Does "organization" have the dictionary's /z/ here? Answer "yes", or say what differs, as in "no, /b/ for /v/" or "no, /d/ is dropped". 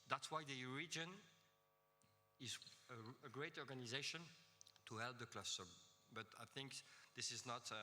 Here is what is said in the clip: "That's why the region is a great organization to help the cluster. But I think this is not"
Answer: yes